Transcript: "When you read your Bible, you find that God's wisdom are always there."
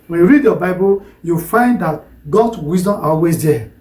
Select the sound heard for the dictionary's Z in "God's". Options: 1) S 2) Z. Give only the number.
1